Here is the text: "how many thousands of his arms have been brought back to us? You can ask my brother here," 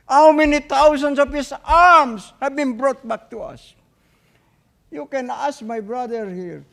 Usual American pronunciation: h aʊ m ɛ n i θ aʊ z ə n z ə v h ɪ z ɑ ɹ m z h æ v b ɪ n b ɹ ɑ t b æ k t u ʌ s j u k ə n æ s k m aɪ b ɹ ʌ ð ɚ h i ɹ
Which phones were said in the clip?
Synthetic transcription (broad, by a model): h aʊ m ɛ n i t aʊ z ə n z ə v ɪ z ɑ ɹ m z h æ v b ɪ n b ɹ ɑ t b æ k t u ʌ s j u k ə n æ s k m aɪ b ɹ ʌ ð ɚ h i ɹ